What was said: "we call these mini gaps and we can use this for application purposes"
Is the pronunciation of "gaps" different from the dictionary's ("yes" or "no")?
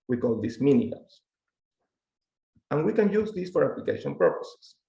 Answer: yes